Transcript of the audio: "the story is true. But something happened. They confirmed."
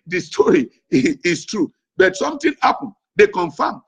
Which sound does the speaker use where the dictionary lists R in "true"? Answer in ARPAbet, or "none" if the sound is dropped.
R